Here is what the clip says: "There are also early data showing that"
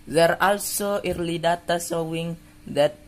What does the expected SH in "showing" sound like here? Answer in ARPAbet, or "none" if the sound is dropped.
S